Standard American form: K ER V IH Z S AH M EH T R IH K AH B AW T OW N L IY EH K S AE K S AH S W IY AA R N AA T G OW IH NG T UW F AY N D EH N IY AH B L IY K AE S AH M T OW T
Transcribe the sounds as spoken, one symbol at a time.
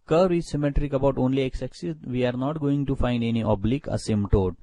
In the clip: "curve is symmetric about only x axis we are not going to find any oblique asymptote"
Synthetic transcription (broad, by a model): K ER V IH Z S AH M EH T R IH K AH B AW T OW N L IY EH K S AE K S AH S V IY AA R N AA T G OW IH NG T UW F AY N D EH N IY AH B L IY K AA S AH M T OW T